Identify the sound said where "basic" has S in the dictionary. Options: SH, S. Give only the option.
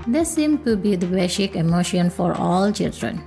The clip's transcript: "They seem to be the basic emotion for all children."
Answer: SH